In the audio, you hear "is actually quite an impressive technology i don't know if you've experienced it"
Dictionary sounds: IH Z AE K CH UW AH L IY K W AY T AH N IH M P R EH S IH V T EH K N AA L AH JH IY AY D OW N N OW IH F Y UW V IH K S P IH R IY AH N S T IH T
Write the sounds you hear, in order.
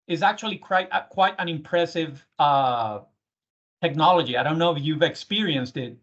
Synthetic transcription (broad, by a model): IH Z AE K CH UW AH W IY K W AY T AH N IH M P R EH S IH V T EH K N AA L AH JH IY AY D OW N N OW IH F Y UW V IH K S P IH R IY AH N S T IH T